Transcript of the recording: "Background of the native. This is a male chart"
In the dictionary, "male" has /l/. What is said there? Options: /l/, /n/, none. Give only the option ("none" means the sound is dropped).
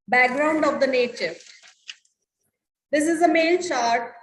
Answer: /n/